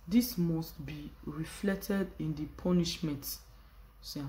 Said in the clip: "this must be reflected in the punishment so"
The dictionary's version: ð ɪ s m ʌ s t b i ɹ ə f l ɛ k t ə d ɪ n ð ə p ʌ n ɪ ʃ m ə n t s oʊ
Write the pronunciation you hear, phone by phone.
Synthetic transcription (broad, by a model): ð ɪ s m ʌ s t b i ɹ ə f l ɛ k t ə d ɪ n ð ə p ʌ n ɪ ʃ m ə n t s